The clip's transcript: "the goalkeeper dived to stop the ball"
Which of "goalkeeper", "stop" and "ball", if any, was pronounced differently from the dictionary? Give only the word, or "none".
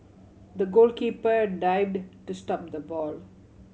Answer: none